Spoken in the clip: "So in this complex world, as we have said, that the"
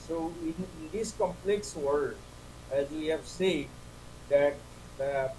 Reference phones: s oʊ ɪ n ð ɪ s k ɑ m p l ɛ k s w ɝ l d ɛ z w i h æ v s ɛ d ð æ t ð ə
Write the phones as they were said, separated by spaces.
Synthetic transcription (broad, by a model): s oʊ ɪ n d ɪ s k ɑ m p l ɛ k s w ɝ d ɛ z w i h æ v s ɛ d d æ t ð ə